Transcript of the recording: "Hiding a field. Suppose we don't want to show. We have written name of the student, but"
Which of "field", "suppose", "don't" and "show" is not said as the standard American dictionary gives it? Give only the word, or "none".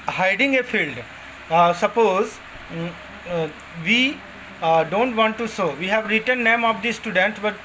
show